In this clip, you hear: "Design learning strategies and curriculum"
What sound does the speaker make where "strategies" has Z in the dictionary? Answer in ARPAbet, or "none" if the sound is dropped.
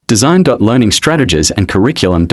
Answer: Z